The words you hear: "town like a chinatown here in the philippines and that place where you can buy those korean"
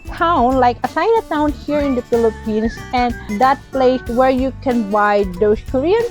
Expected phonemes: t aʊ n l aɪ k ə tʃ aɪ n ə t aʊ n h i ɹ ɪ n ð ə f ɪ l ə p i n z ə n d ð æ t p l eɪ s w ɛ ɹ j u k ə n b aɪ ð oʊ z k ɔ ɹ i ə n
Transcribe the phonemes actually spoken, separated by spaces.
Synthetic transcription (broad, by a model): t aʊ n l aɪ k ə s aɪ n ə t aʊ n h i ɹ ɪ n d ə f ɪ l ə p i n s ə n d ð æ t p l eɪ s w ɛ ɹ j u k ə n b aɪ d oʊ s k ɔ ɹ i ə n